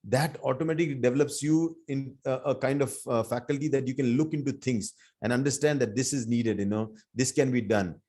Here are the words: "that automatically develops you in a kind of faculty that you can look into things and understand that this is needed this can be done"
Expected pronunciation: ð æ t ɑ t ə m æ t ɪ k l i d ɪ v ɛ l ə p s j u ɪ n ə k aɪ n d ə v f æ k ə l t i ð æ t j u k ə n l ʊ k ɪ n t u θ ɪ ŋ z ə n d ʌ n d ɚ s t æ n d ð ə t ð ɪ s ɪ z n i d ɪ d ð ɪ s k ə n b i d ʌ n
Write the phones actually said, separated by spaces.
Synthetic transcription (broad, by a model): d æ t ɑ t ə m æ t ɪ k l i d ɪ v ɛ l ə p s j u ɪ n ə k aɪ n d ə v f æ k ə l t i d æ t j u k ə n l ʊ k ɪ n t u t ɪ ŋ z ə n d ʌ n d ɚ s t æ n d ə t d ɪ s ɪ z n i d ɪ d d ɪ s k ə n b i d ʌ n